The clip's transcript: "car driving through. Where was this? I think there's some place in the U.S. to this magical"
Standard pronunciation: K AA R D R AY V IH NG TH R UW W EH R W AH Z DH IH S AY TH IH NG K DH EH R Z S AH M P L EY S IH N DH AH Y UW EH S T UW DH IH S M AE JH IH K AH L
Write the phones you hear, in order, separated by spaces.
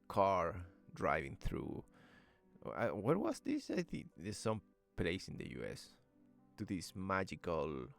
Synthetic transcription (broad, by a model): K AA R D R AY V IH NG TH R UW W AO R W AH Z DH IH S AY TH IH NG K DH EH S AH M P L EY S IH N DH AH Y UW EH S T UW DH IH S M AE JH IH K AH L